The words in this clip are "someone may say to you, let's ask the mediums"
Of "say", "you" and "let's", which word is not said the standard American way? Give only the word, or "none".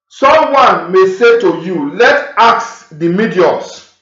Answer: let's